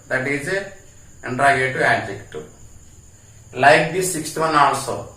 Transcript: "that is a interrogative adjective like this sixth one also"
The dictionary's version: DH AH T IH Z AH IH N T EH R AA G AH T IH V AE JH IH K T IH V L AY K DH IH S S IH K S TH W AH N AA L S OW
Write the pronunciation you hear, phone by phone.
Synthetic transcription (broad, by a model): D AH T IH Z AH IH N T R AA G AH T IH AE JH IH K T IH L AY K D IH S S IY K S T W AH N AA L S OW